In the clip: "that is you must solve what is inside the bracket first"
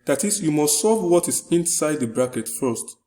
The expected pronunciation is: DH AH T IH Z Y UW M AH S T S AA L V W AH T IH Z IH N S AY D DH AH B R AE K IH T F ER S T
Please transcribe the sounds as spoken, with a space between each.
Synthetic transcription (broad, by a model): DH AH T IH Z Y UW M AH S T S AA V W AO T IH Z IH N S AY D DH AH B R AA K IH T F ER S T